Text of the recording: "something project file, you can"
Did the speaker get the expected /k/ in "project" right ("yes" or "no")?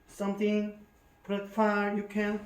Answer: no